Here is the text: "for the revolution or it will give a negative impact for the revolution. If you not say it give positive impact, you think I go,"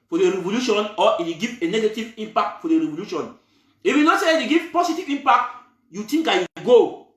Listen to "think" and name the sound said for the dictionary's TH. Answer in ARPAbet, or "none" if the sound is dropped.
T